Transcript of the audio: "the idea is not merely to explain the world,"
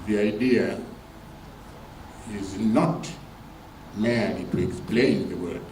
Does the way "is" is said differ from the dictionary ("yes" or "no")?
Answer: no